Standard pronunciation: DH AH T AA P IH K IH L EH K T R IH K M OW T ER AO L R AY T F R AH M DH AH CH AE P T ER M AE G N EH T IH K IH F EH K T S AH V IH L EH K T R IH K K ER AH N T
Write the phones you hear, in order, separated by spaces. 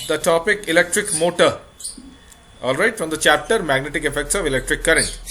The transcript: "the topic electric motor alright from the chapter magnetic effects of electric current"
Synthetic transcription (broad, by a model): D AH T AA P IH K IH L EH K T R IH K M OW T ER AO L R AY T F R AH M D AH CH AE P T ER M AE G N EH T IH K IH F EH K T S AH V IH L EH K T R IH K K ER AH N T